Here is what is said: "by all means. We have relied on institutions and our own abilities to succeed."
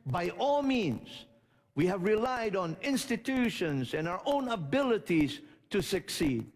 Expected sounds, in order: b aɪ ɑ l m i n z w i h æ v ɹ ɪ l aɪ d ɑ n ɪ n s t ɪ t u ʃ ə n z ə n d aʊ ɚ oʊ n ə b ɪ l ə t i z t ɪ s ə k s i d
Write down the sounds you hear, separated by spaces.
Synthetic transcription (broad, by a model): b aɪ ɑ l m i n z w i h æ v ɹ ɪ l aɪ d ɑ n ɪ n s t ɪ t u ʃ ə n z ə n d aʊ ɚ oʊ n ə b ɪ l ə t i z t ɪ s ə k s i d